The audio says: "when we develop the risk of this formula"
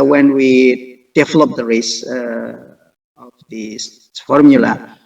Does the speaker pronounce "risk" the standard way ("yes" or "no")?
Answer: no